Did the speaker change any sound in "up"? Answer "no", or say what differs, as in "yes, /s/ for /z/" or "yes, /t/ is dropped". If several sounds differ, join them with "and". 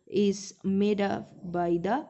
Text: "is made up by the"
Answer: yes, /f/ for /p/